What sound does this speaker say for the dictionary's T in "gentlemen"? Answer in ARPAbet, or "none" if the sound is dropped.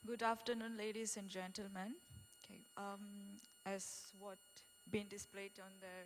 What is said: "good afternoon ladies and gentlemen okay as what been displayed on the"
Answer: T